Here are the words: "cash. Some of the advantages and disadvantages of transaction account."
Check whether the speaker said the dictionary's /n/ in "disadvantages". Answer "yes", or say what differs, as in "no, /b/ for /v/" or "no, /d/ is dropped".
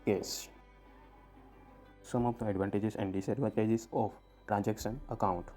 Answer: no, /n/ is dropped